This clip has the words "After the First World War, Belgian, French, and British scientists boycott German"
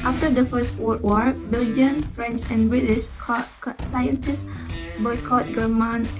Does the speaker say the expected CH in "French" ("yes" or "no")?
yes